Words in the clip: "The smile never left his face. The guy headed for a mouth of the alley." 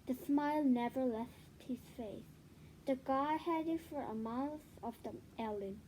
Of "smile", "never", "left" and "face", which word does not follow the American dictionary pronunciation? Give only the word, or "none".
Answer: none